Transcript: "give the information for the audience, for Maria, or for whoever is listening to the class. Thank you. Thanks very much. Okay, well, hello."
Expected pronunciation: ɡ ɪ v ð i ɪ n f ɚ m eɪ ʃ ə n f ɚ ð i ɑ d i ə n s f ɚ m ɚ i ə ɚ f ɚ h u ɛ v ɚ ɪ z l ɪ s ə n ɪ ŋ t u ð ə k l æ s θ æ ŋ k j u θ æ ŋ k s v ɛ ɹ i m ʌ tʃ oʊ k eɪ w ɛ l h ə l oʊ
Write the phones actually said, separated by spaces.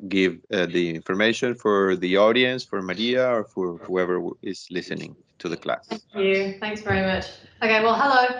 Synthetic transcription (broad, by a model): ɡ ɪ v ð i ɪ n f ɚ m eɪ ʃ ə n f ɚ ð i ɑ d i ə n s f ɚ m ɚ i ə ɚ f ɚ h u ɛ v ɚ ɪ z l ɪ s ə n ɪ ŋ t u ð ə k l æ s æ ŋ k j u θ æ ŋ k s v ɛ ɹ i m ʌ tʃ oʊ k eɪ w ɛ l h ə l oʊ